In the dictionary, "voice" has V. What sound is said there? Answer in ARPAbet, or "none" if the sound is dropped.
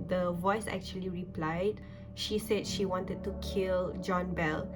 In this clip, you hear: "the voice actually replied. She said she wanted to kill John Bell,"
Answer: V